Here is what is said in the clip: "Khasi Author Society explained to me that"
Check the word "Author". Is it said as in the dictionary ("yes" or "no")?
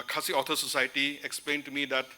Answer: no